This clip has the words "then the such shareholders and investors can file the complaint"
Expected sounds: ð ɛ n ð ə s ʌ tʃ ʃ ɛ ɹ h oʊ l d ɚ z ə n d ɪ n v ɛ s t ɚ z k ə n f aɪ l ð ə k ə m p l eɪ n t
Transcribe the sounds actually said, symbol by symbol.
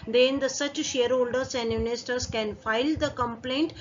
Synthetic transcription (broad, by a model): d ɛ n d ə s ʌ tʃ ʃ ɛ ɹ h oʊ l d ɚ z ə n d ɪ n ɪ s t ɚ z k ə n f aɪ l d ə k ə m p l eɪ n t